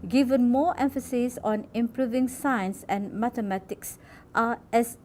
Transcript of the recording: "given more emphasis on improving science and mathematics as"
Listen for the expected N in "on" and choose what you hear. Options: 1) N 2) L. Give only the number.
1